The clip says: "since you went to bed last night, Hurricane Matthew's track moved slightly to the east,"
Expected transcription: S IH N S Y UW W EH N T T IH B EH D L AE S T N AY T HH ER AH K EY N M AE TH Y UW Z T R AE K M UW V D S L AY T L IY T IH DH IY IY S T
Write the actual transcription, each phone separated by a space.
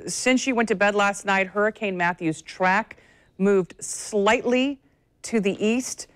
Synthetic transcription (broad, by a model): S IH N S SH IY W EH N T T IH B EH D L AE S T N AY T HH ER AH K EY N M AE TH Y UW Z T R AE K M UW V D S L AY T L IY T IH DH IY IY S T